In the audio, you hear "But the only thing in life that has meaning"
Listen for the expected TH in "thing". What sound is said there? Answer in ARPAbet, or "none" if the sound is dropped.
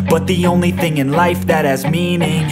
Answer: TH